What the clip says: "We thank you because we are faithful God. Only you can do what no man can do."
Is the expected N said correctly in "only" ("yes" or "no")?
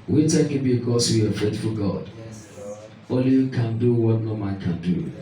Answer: no